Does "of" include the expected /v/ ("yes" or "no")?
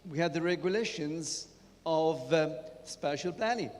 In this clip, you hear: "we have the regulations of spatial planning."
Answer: yes